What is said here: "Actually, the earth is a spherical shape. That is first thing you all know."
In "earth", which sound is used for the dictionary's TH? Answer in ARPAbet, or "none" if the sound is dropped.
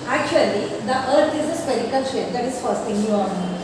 T